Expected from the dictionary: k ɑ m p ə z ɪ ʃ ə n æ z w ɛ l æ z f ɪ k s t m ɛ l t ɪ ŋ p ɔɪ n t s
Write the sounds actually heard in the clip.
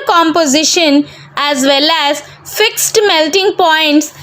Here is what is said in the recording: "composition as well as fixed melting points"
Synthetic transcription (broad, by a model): k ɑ m p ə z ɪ ʃ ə n æ z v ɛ l æ z f ɪ k s t m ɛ l t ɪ ŋ p ɔɪ n t s